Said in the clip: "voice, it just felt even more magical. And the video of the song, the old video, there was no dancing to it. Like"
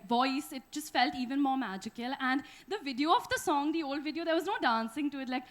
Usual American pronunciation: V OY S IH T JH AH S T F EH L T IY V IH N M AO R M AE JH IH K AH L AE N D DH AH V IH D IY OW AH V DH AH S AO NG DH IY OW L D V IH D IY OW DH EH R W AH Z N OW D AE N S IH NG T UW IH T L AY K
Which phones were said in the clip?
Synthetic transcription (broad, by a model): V OY S IH T JH AH S T F EH L T IY V IH N M AO R M AE JH IH K AH L AE N D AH V IH D IY OW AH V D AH S AO NG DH IY OW L D V IH D IY OW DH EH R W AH Z N OW D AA N S IH NG T UW IH T L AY K